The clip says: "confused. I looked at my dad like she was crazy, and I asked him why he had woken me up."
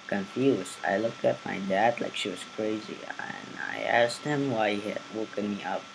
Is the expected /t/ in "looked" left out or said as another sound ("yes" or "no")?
no